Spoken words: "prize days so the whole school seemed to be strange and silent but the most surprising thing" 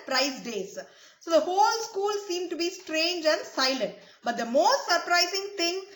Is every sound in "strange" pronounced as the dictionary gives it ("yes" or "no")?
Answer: yes